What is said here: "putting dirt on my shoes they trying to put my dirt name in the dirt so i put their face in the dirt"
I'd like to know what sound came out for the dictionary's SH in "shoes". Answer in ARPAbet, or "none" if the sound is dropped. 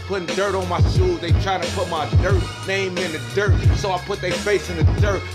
S